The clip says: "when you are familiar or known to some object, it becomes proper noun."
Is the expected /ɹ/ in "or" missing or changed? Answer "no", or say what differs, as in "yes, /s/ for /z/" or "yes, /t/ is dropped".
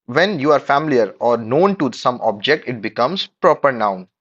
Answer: no